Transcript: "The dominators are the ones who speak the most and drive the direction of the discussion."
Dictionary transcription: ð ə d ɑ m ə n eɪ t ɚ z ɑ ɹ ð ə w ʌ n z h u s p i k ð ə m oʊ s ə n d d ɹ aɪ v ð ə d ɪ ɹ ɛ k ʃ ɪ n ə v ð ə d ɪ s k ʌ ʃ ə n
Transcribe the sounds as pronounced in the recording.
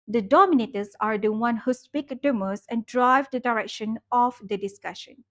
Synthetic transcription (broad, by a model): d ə d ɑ m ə n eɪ t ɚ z ɑ ɹ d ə w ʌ n h u s p i k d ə m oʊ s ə n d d ɹ aɪ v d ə d ɪ ɹ ɛ k ʃ ɪ n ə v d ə d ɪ s k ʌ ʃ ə n